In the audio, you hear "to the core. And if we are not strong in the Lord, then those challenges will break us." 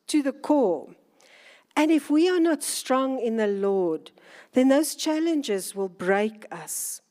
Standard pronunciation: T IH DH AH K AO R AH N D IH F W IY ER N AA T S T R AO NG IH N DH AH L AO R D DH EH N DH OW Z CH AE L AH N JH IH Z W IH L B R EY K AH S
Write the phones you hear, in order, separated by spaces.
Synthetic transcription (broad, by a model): T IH DH AH K AO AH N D IH F W IY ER N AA T S T R AO NG IH N DH AH L AO D DH EH N DH OW Z CH AE L AH N JH IH Z W IH L B R EY K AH S